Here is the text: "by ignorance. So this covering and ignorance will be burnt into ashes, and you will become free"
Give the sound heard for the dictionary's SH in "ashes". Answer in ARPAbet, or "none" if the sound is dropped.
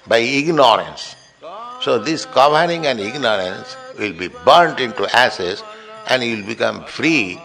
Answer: S